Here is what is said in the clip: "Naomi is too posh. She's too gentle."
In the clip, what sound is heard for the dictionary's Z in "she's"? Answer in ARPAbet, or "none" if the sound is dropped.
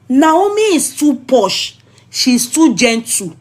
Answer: S